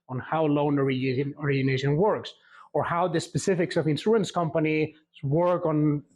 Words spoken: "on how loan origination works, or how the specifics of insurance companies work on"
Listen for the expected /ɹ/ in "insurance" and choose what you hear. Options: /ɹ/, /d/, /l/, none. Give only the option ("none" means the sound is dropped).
none